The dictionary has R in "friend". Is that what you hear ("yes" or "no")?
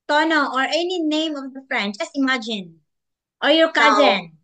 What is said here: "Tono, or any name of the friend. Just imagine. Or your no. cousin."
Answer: yes